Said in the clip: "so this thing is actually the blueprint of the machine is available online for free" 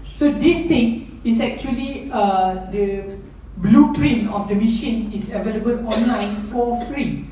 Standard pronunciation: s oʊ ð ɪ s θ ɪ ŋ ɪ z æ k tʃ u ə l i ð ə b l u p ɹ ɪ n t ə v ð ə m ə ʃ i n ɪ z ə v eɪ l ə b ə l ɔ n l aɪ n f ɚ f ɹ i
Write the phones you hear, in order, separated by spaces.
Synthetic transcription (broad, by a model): s oʊ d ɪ s t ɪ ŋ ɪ s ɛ k tʃ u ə l i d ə b l u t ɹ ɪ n ə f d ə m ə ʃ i n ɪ s ə v eɪ l ə b ə l ɔ n l aɪ n f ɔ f ɹ i